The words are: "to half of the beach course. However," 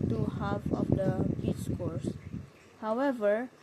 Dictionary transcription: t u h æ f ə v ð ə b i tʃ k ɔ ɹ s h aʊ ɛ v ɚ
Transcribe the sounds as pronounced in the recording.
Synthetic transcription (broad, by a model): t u h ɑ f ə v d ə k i s k ɔ ɹ s h aʊ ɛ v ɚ